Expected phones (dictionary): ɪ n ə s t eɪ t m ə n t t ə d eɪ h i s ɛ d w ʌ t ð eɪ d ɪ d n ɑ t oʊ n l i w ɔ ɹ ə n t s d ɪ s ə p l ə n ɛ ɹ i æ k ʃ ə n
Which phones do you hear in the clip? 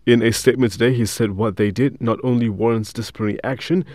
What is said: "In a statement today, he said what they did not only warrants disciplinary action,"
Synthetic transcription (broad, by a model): ɪ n ə s t eɪ t m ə n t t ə d eɪ h i s ɛ d w ʌ t ð eɪ d ɪ d n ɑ t oʊ n l i w ɔ ɹ ə n t s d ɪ s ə p ə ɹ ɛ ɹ i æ k ʃ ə n